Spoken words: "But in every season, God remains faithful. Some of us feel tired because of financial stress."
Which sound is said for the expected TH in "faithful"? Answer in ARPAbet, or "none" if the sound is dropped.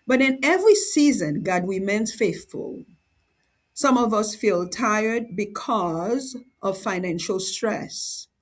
TH